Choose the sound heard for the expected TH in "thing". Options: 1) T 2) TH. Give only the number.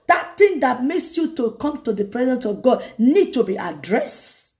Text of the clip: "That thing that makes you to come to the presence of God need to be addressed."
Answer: 1